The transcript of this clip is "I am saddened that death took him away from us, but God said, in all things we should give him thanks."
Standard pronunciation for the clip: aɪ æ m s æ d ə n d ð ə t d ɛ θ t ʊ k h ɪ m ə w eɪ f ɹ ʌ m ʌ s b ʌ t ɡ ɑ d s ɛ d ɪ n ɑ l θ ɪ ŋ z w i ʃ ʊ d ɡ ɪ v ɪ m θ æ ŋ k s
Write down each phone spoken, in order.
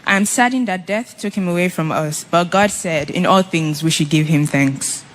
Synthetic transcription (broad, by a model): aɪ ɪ m s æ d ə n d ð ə t d ɛ θ t ʊ k h ɪ m ə w eɪ f ɹ ʌ m ʌ s b ʌ t ɡ ɑ d s ɛ d ɪ n ɑ l θ ɪ ŋ z w i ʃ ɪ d ɡ ɪ v ɪ m θ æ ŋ k s